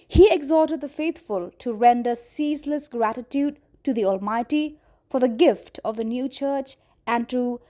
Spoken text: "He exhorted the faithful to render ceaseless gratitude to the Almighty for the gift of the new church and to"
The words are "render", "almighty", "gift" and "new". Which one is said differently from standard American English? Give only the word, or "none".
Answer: none